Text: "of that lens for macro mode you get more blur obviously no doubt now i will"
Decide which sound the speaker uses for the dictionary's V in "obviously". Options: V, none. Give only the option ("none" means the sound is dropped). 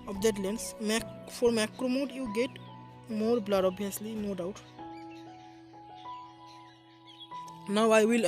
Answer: none